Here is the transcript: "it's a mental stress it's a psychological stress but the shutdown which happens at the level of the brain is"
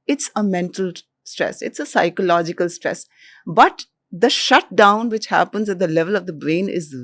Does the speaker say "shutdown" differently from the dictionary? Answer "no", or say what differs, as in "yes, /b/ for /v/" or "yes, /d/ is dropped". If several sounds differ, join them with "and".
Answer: no